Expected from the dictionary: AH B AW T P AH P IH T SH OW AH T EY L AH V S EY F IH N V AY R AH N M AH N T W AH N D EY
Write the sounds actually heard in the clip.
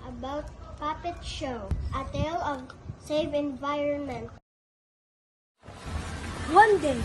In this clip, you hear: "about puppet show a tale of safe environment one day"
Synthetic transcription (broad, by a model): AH B AW T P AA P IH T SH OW AH T EY L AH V S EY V IH N V AY R AH N M AH N T W AH N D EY